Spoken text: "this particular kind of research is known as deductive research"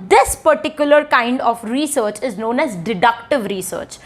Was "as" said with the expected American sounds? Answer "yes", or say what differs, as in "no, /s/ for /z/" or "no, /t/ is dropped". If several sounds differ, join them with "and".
yes